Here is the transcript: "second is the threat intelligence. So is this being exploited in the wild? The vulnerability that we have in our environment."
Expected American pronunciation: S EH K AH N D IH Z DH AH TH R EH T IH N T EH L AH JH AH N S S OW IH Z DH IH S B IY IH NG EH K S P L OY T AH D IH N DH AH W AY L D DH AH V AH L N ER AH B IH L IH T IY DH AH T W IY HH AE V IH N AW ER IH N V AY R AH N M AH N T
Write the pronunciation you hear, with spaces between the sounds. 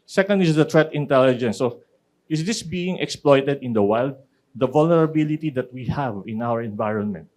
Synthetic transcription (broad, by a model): S EH K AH N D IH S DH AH T R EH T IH N T EH L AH JH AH N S S OW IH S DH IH S B IY IH NG EH K S P L OY T AH D IH N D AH W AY L D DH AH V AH L N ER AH B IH L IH T IY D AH T W IY HH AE V IH N AW ER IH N V AY R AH N M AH N T